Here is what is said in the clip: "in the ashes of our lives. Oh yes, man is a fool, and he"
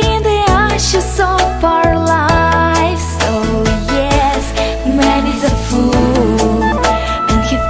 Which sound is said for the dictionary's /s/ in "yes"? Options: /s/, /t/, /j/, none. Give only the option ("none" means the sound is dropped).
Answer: /s/